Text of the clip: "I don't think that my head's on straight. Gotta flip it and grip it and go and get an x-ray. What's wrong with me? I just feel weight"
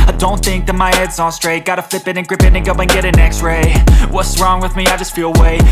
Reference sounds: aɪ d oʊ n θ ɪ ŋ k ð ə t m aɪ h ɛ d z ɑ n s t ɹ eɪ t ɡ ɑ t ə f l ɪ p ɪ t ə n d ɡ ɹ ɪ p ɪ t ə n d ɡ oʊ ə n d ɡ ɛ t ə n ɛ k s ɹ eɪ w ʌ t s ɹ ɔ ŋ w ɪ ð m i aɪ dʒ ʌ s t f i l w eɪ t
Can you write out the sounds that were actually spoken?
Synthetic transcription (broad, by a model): aɪ d oʊ n θ ɪ ŋ k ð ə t m aɪ h ɛ d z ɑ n s t ɹ eɪ t ɡ ɑ t ə f l ɪ p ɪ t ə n ɡ ɹ ɪ p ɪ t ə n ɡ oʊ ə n ɡ ɛ t ə n ɛ k s ɹ eɪ w ʌ t s ɹ ɔ ŋ w ɪ ð m i aɪ dʒ ʌ s t f i l w eɪ